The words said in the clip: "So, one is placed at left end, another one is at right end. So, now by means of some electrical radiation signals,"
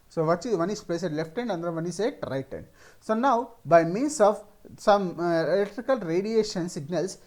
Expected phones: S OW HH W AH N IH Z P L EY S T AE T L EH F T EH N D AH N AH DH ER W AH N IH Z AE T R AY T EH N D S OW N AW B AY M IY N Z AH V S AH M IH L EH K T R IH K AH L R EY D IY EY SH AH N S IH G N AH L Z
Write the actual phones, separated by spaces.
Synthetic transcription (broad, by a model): S OW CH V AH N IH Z P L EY S EH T L EH F T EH N D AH N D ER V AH N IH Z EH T R AY T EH N D S OW N AW B AY M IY N S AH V S AH M IH L EH K T R IH K AH L R EY D IY EY SH AH N S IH G N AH L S